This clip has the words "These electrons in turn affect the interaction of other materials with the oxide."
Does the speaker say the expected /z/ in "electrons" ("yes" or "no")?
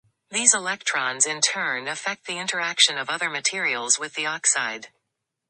yes